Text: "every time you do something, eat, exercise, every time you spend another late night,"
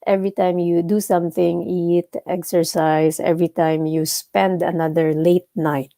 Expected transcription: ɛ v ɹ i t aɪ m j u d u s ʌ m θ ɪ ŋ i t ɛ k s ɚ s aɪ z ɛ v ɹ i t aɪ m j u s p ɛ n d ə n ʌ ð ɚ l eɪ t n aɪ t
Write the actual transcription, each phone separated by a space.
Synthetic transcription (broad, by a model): ɛ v ɹ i t aɪ m j u d u s ʌ m θ ɪ ŋ i t ɛ k s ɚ s aɪ s ɛ v ɹ i t aɪ m j u s p ɛ n d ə n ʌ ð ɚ l eɪ t n aɪ t